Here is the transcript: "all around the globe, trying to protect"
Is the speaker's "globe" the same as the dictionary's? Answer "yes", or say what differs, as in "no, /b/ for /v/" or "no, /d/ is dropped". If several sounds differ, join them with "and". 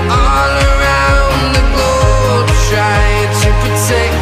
no, /l/ is dropped